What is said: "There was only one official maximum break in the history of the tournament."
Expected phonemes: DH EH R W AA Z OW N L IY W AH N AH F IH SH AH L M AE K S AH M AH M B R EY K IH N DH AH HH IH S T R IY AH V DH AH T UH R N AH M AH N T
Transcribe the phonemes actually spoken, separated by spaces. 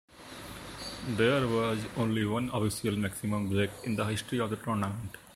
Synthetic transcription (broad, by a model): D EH R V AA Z OW N L IY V AH N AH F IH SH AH L M AE K S AH M AH M B R EY K IH N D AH HH IH S T R IY AH V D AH T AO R N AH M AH N T